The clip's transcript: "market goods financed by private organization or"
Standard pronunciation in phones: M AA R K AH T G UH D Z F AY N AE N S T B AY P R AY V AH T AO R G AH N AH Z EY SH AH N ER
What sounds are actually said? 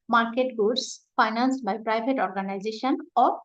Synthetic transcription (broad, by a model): M AA R K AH T G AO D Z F AY N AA N S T B AY P R AY B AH T AO R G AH N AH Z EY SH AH N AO